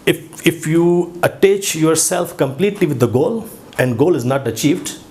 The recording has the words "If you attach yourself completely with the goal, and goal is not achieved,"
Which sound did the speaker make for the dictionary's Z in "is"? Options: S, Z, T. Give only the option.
Z